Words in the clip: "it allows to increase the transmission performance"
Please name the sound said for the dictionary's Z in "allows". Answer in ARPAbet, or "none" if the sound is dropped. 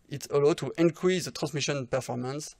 none